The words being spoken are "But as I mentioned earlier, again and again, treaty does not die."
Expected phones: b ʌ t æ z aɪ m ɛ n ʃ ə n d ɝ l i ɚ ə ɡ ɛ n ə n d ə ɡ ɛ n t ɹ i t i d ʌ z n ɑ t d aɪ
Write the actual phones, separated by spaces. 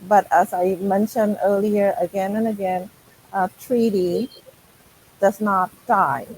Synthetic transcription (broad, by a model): b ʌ t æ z aɪ m ɛ n ʃ ə n d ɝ l i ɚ ə ɡ ɛ n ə n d ə ɡ ɛ n t ɹ i t i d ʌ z n ɑ t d aɪ